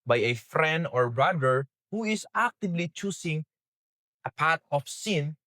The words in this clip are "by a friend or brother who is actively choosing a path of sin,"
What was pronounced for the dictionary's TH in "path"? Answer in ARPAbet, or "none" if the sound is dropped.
T